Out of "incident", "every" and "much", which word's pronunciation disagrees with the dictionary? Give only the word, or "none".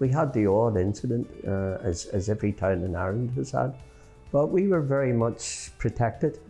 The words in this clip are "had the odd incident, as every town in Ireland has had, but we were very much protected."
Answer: none